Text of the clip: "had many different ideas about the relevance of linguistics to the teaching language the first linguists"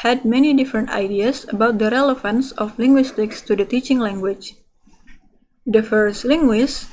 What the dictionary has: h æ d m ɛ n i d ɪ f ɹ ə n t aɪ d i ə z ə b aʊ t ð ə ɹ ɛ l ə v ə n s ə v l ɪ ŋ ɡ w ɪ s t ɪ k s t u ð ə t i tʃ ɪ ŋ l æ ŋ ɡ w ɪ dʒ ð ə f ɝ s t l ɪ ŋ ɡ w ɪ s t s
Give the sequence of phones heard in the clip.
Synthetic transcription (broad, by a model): h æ d m ɛ n i d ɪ f ɹ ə n t aɪ d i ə s ə b aʊ t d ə ɹ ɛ l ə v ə n s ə f l ɪ ŋ ɡ w ɪ s t ɪ k s t u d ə t i tʃ ɪ ŋ l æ ŋ ɡ w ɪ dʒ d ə f ɝ s t l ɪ ŋ ɡ w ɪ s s